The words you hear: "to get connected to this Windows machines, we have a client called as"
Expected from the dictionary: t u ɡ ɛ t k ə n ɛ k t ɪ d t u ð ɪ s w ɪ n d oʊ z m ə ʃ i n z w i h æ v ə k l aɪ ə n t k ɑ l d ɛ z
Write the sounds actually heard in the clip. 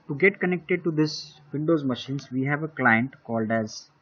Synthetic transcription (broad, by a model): t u ɡ ɛ t k ə n ɛ k t ɪ d t u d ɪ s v ɪ n d oʊ z m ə ʃ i n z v i h æ v ə k l aɪ ə n t k ɑ l d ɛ z